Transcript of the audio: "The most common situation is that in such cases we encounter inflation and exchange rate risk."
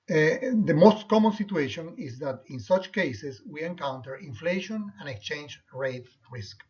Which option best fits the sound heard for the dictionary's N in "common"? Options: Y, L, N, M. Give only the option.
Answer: N